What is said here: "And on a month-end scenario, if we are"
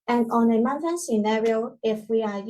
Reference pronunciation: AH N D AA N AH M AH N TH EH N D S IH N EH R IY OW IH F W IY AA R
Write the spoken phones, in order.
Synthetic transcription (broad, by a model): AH N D AA N AH M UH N T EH N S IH N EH R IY OW IH F W IY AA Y